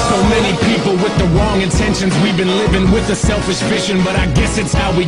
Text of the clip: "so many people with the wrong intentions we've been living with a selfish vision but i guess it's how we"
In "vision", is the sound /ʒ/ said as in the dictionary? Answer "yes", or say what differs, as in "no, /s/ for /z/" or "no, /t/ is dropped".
no, /ʃ/ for /ʒ/